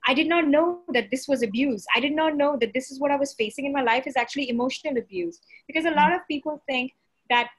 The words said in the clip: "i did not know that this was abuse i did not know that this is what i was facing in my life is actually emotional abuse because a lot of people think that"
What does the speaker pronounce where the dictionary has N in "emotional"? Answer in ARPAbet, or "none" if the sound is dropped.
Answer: N